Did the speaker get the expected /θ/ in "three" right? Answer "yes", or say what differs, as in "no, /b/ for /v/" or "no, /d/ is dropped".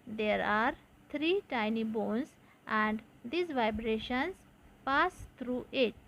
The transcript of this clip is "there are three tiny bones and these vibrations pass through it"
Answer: no, /t/ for /θ/